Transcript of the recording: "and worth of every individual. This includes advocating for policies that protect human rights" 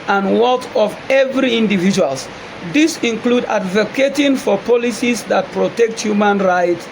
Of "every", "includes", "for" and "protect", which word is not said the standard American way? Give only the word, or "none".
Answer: includes